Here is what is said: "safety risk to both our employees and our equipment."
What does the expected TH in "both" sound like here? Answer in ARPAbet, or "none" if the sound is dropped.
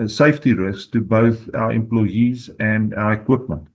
TH